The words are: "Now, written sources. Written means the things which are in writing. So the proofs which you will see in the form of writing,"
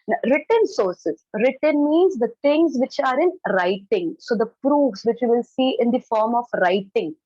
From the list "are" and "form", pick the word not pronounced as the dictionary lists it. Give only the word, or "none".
none